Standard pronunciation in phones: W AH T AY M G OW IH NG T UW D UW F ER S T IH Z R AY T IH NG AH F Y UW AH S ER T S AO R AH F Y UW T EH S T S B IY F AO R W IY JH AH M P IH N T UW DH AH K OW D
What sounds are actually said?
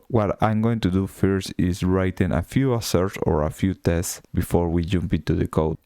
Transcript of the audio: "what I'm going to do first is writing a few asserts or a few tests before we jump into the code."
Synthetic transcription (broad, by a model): W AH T AY M G OW IH NG T UW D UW F ER S T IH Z R AY T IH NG AH F Y UW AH S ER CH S AO R AH F Y UW T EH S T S B IY F AO R W IY JH AH M P IH N T UW DH AH K OW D